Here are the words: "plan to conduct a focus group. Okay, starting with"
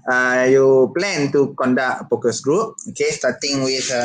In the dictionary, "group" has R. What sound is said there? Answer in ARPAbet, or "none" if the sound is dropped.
R